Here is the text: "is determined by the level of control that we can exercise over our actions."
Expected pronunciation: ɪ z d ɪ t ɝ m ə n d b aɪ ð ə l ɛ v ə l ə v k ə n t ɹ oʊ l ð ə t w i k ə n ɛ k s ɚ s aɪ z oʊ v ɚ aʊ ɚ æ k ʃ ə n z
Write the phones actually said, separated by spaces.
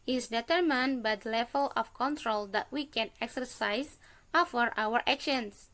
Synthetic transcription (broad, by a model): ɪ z d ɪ t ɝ m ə n b aɪ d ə l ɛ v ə l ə f k ə n t ɹ oʊ l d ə t w i k ə n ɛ k s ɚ s aɪ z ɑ f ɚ aʊ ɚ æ k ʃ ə n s